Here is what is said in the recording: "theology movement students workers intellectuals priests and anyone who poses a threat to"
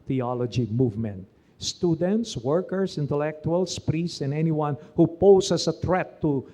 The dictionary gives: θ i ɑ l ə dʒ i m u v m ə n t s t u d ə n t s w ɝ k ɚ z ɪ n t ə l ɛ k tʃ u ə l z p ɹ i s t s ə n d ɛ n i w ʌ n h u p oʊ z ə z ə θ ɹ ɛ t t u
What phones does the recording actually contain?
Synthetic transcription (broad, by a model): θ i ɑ l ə dʒ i m u v m ə n t s t u d ə n t s w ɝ k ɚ s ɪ n t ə l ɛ k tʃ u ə l s p ɹ i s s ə n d ɛ n i w ʌ n h u p oʊ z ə s ə t ɹ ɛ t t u